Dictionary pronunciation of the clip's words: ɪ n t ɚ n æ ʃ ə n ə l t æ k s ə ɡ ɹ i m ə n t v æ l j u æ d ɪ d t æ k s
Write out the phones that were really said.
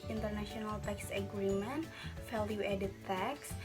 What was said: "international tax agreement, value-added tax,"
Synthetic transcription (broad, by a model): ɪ n t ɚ n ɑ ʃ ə n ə l t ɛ k s ə ɡ ɹ i m ə n t f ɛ l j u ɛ d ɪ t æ k s